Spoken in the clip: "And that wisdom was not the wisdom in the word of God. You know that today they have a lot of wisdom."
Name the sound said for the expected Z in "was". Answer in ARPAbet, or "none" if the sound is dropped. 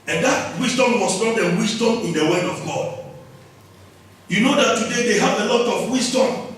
S